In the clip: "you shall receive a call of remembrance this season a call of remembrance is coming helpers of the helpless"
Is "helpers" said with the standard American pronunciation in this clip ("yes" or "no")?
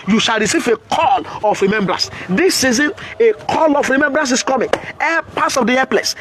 no